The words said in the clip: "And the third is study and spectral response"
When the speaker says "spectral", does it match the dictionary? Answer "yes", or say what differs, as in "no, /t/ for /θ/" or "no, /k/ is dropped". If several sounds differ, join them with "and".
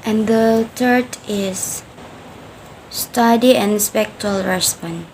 no, /ɹ/ is dropped